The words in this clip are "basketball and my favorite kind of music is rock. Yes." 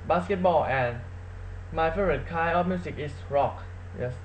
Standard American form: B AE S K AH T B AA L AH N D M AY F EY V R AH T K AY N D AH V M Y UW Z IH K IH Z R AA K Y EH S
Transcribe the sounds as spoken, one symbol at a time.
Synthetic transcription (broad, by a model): B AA S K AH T B AA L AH N M AY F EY R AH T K AY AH F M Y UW S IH K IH S R AA K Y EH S